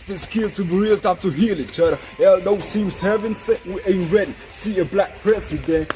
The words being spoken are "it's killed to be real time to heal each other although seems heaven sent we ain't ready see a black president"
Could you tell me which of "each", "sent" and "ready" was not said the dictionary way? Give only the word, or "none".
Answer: sent